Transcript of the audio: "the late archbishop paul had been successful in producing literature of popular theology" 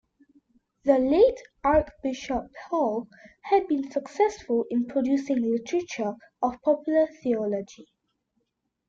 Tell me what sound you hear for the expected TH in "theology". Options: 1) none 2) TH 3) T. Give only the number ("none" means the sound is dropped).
2